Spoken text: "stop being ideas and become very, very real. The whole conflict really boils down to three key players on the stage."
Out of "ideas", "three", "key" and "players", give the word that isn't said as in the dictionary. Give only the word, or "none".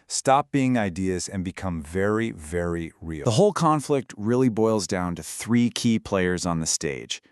none